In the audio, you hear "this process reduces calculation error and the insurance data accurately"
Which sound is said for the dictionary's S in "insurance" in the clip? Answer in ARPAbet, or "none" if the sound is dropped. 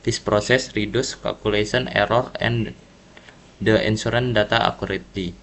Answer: none